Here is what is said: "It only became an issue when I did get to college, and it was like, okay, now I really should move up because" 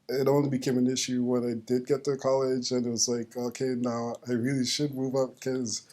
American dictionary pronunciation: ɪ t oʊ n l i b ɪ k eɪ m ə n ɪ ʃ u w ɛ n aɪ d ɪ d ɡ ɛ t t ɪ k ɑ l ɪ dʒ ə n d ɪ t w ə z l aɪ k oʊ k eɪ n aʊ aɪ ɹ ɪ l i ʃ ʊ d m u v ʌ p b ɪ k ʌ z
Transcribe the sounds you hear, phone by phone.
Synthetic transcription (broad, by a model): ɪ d oʊ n w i b ɪ k eɪ m ə n ɪ ʃ u w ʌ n aɪ d ɪ d ɡ ɛ t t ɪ k ɑ l ɪ dʒ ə n ɪ t w ə z l aɪ k oʊ k eɪ n aʊ aɪ ɹ ɪ l i ʃ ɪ d m u v ʌ p k ʌ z